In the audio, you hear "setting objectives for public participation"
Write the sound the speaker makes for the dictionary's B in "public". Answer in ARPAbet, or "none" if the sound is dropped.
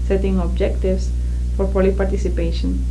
none